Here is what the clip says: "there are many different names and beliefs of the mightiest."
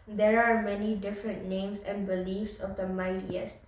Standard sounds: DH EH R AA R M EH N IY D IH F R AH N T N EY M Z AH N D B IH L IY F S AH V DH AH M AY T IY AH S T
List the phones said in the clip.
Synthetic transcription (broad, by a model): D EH R AA R M EH N IY D IH F R AH N T N EY M S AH N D B IH L IY F S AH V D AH M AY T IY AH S